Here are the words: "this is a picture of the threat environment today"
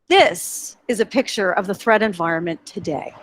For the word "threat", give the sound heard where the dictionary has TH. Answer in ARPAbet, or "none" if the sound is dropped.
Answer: TH